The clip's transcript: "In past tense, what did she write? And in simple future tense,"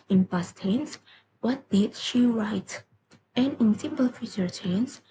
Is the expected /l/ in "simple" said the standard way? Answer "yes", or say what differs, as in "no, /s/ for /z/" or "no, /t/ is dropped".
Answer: yes